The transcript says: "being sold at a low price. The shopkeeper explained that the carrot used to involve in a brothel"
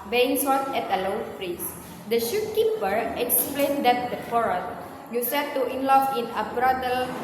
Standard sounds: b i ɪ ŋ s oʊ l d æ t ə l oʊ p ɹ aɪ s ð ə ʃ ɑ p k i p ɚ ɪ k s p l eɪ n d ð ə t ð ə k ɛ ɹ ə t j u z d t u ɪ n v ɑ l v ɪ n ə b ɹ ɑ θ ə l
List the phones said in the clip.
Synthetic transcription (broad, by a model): b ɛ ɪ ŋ s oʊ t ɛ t ə l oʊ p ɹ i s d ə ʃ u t k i p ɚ ɪ k s p l eɪ n d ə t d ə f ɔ ɹ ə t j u s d t u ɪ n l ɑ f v ɪ n ə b ɹ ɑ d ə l